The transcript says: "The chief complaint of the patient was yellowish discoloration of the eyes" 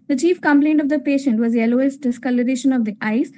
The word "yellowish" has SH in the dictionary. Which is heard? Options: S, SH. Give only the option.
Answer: S